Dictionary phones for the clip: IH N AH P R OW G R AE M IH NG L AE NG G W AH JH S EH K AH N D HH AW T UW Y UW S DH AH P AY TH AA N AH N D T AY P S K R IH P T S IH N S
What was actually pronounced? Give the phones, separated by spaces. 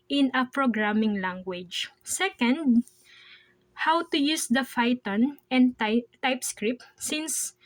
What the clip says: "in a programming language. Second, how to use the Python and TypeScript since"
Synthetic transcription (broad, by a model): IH N AH P R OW G R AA M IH NG L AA NG G W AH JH S EH K AH N D HH AW T UW Y UW S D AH F AY T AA N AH N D T AY P S K R IH P T S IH N S